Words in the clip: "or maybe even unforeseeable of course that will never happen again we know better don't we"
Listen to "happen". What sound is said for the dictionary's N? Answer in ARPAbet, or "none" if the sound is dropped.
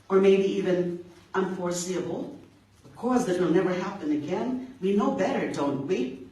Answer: N